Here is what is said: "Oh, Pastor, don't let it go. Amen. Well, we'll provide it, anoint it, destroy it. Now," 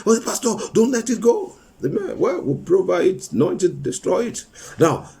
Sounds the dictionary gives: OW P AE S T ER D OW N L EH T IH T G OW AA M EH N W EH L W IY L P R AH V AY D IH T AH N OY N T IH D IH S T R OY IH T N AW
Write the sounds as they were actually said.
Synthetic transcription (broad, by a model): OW P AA S T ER D OW N L EH T IH T G OW AA M EH N W EH L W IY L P R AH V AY IH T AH N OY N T IH D IH S T R OY IH T N AW